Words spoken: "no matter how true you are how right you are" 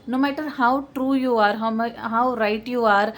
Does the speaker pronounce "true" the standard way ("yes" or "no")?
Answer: yes